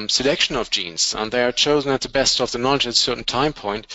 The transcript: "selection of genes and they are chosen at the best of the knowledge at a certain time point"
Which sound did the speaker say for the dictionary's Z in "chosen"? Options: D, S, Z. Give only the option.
Z